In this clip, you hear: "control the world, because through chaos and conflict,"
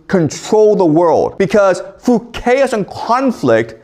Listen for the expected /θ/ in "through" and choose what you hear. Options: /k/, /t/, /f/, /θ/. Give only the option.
/f/